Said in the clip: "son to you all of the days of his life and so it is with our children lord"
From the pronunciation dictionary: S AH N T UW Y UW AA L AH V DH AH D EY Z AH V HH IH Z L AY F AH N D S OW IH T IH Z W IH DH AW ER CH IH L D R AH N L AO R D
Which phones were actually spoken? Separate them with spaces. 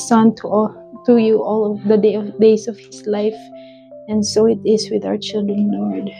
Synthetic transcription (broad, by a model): S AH N T UW Y UW AA L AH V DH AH D EY S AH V HH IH S L AY F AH N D S OW IH T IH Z W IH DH AW ER CH IH L D R AH N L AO R D